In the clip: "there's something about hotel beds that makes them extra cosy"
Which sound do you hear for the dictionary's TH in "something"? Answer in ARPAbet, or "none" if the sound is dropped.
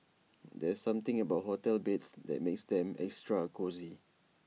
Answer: T